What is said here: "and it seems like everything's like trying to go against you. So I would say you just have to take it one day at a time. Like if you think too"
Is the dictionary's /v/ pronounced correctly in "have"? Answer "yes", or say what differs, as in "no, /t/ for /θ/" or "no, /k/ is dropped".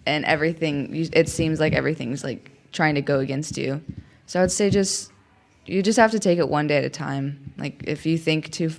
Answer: no, /f/ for /v/